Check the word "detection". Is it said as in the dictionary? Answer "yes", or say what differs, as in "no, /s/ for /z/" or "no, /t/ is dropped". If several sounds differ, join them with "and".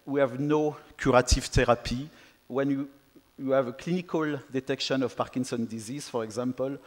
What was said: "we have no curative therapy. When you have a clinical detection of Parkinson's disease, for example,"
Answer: yes